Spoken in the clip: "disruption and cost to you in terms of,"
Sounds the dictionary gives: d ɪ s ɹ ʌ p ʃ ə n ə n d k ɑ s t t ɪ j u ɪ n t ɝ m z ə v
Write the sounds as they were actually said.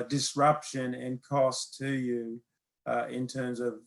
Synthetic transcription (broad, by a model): d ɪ s ɹ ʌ p ʃ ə n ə n k ɑ s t t ɪ j u ɪ n t ɝ m z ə v